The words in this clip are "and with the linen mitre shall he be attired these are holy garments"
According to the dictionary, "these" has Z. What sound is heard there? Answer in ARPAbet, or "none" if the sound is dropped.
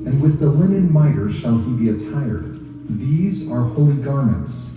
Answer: Z